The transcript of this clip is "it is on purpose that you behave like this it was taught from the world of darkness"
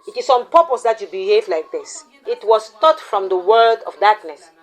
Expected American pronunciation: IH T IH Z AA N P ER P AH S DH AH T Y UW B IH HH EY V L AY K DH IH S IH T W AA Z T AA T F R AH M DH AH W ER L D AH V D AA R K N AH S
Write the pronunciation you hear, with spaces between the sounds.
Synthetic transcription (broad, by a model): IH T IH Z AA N P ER P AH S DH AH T Y UW B IH HH EY V L AY K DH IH S IH T W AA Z T AA T F R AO M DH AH W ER D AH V D AA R K N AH S